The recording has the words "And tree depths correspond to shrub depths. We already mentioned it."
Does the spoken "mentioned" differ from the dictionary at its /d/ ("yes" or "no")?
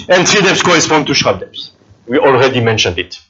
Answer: no